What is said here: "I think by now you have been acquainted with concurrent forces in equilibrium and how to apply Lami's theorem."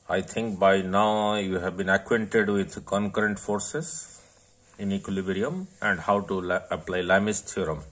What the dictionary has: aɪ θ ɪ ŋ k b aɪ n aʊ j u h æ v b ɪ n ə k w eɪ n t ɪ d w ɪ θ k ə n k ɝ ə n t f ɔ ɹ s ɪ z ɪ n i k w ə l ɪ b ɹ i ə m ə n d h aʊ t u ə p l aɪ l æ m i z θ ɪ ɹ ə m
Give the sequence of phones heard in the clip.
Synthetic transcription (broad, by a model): aɪ t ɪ ŋ k b aɪ n aʊ j u h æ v b ɪ n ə k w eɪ n t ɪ d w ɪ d k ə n k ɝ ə n t f ɔ ɹ s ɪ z ɪ n i k w ə l ɪ b ɹ i ə m ə n d h aʊ t u ə p l aɪ l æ m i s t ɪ ɹ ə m